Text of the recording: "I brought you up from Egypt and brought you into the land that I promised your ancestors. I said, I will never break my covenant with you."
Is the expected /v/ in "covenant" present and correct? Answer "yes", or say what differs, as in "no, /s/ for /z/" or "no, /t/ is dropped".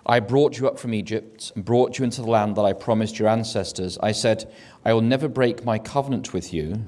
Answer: yes